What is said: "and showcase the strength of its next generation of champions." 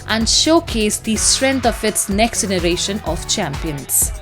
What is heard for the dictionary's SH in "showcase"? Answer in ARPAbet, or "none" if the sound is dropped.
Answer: SH